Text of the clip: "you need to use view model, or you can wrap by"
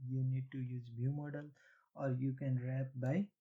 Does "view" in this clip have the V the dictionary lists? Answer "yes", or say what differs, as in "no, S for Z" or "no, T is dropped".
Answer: no, B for V